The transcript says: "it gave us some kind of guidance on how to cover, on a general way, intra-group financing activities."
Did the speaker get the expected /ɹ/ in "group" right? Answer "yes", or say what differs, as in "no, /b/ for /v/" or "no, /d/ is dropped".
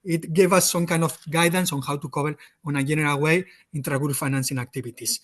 no, /ɹ/ is dropped